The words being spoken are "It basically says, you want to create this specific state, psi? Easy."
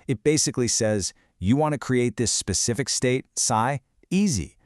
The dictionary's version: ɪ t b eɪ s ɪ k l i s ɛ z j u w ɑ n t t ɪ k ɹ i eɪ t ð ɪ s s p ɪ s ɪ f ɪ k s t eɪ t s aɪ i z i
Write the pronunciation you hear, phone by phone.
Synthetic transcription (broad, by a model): ɪ t b eɪ s ɪ k l i s ɛ z j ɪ w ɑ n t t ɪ k ɹ i eɪ t ð ɪ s s p ɪ s ɪ f ɪ k s t eɪ t s aɪ i z i